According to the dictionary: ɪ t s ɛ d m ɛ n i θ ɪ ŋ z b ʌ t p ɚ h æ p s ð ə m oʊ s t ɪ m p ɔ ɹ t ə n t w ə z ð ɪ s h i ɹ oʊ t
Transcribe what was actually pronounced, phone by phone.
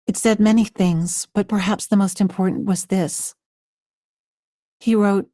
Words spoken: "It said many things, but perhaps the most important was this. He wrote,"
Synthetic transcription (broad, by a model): ɪ t s ɛ d m ɛ n i θ ɪ ŋ z b ʌ t p ɚ h æ p s ð ə m oʊ s t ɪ m p ɔ ɹ t n t w ə z ð ɪ s h i ɹ oʊ t